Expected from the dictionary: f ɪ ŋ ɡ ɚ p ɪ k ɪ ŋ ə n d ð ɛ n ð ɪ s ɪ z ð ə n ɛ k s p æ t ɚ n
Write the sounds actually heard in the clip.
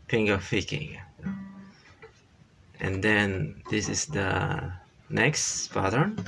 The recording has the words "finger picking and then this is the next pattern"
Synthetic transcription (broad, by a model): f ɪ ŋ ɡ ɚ f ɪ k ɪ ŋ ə n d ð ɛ n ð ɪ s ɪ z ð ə n ɛ k s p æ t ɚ n